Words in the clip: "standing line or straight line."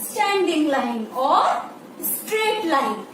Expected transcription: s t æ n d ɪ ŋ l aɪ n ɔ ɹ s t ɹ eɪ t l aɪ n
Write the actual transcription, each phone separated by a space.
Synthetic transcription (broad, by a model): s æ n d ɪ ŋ l aɪ n ɔ ɹ s t ɹ eɪ t l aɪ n